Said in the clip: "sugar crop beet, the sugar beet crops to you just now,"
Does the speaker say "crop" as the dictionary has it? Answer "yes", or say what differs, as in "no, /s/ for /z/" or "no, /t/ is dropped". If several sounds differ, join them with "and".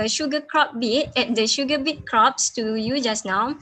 yes